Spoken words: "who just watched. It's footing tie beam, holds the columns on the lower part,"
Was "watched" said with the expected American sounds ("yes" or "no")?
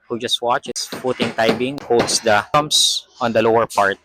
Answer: no